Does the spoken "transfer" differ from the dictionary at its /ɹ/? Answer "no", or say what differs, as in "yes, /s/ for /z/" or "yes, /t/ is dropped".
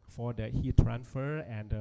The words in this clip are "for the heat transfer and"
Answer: no